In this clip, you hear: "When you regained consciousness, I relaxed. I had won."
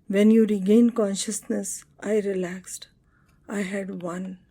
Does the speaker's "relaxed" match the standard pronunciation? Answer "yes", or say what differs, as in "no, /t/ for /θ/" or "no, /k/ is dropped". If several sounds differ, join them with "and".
yes